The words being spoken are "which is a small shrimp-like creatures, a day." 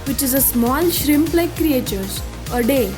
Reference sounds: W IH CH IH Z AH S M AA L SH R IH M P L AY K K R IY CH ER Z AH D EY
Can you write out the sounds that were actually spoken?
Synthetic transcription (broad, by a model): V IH CH IH Z AH S M AA L SH R IH M P L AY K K R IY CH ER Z AH D EY